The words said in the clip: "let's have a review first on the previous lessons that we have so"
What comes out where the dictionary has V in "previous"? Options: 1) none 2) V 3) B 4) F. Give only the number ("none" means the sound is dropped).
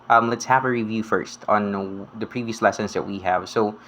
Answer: 2